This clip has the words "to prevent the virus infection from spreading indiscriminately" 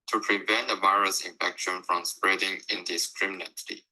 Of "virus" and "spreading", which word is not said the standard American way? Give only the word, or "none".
none